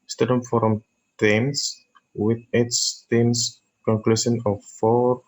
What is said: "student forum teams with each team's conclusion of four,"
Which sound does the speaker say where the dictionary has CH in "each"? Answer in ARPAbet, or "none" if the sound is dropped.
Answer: S